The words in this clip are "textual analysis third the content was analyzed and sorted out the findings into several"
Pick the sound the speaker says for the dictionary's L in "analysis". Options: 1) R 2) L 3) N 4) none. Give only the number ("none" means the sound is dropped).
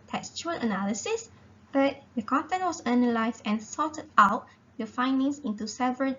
2